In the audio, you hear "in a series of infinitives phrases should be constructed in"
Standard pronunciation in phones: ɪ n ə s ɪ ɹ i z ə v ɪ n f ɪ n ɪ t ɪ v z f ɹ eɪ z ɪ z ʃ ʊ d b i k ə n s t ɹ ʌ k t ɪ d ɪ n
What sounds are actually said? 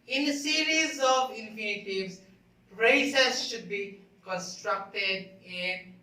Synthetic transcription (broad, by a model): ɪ n ə s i ɹ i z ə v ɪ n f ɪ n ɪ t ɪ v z p ɹ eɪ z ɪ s ʃ ʊ d b i k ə n s t ɹ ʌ k t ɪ d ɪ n